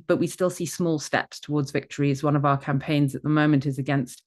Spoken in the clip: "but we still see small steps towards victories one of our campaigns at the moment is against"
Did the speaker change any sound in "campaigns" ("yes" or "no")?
no